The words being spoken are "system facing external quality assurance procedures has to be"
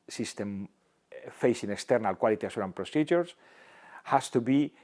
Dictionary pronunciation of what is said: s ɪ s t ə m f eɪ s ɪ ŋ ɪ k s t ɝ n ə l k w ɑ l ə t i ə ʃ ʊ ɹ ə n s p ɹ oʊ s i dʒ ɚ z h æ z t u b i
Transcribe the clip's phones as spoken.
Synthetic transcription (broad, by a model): s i s t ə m f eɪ s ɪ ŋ ɪ k s t ɝ n ə l k w ɑ l ə t i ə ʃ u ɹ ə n p ɹ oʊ s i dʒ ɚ s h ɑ s t u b i